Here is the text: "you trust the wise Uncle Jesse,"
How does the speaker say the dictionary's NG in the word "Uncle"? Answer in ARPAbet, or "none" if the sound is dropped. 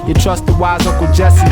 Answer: none